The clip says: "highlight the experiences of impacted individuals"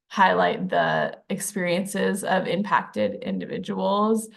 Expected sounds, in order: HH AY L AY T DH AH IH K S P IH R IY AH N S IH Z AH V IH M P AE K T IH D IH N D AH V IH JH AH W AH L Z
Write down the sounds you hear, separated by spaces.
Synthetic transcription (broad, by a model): HH AY L AY T DH AH IH K S P IH R IY AH N S IH Z AH V IH M P AE K T IH D IH N D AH V IH JH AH W L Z